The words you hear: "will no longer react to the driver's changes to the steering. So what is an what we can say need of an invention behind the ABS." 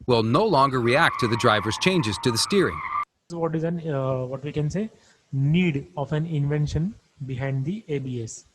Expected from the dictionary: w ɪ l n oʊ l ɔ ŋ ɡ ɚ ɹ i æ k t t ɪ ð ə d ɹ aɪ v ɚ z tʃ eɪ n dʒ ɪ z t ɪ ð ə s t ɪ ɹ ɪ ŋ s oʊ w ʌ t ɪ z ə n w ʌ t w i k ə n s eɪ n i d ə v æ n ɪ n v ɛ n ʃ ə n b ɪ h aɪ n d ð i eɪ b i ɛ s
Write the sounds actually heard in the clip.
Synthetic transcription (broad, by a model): w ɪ l n oʊ l ɔ ŋ ɡ ɚ ɹ i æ k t t ɪ ð ə d ɹ aɪ v ɚ z tʃ eɪ n dʒ ɪ z t ɪ ð ə s t ɪ ɹ ɪ ŋ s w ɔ t ɪ z ə n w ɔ t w i k ə n s eɪ n i d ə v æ n ɪ n v ɛ n ʃ ə n b ɪ h aɪ n d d i eɪ b i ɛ s